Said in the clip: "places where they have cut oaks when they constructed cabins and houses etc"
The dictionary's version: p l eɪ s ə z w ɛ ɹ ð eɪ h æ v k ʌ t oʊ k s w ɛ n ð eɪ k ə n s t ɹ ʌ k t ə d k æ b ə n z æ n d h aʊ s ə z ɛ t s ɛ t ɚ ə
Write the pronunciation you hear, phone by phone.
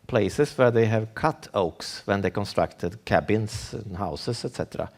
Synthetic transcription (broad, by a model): p l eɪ s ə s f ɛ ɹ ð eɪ h æ v k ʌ t oʊ k s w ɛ n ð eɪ k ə n s t ɹ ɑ k t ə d k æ b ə n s h aʊ s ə s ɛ t s ɛ t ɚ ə